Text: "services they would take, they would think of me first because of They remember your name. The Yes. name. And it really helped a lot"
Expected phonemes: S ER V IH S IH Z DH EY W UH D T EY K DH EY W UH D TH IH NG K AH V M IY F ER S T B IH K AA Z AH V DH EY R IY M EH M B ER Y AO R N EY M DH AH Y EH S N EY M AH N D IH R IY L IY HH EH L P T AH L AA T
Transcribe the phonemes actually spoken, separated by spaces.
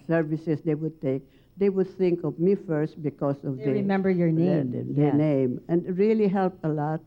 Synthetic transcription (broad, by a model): S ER V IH S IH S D EY W UH D T EY K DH EY W UH D TH IH NG K AH V M IY F ER S T B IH K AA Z AH V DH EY R IY M EH M B ER Y AO R N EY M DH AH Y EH N EY M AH N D R IY L IY HH EH L P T AH L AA T